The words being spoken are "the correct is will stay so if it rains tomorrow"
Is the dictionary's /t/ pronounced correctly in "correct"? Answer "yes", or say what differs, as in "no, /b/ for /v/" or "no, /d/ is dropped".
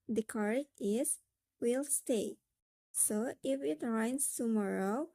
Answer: no, /t/ is dropped